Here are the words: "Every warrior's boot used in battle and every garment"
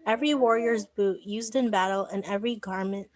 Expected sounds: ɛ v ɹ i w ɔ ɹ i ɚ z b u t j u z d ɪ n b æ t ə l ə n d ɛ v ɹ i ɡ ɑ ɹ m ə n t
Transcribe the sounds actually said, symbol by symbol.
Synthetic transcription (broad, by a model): ɛ v ɹ i w ɔ ɹ i ɚ z b u t j u z d ɪ n b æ t l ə n ɛ v ɹ i ɡ ɑ ɹ m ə n t